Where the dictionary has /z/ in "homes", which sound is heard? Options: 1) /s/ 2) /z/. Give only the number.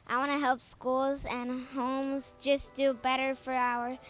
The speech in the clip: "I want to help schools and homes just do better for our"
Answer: 2